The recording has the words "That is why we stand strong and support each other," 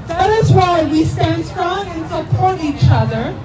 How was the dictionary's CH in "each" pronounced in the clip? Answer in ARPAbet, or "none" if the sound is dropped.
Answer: CH